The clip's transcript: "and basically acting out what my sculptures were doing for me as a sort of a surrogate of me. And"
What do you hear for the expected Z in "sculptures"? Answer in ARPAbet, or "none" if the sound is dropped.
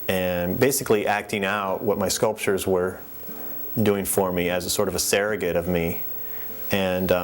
Z